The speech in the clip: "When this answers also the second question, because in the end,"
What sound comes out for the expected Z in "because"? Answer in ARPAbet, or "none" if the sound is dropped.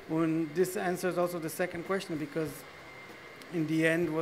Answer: Z